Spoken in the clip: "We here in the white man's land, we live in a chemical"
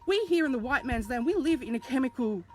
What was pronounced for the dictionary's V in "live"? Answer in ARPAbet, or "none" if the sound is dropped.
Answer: V